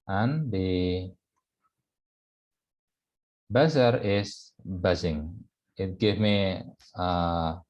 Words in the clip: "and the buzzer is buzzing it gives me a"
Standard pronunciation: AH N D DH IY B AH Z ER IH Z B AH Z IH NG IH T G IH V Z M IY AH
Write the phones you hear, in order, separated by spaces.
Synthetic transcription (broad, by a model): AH N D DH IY B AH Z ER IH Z B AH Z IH NG IH T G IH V M IY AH